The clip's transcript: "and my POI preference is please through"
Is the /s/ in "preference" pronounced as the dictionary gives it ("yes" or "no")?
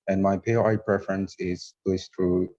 yes